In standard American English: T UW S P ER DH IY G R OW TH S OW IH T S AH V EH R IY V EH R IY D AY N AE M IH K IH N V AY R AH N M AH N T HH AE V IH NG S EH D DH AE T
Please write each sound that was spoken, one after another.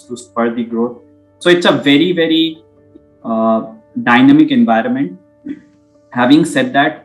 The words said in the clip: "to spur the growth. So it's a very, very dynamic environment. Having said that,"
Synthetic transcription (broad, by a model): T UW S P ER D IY G R OW T S OW IH T S AH V EH R IY V EH R IY D AY N AE M IH K IH N V AY R AH N M AH N T HH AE V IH NG S EH D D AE T